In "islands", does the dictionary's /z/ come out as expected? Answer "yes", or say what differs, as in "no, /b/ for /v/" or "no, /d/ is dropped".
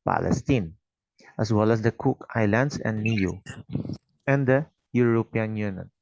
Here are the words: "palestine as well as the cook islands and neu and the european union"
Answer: no, /s/ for /z/